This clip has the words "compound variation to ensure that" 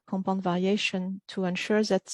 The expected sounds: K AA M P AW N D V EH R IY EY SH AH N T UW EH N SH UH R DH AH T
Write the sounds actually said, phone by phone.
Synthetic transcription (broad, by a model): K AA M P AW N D V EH R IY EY SH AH N T UW EH N SH UH R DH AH T